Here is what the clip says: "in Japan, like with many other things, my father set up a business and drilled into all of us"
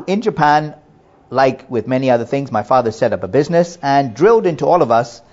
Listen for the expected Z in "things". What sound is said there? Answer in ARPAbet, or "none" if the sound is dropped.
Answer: Z